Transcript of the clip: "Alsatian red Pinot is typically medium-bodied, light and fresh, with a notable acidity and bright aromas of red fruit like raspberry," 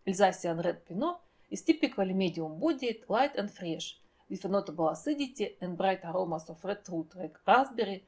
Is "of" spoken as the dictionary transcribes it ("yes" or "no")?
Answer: no